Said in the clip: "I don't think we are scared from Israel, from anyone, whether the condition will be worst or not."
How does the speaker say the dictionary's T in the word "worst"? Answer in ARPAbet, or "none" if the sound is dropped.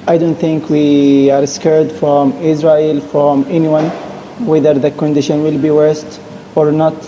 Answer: T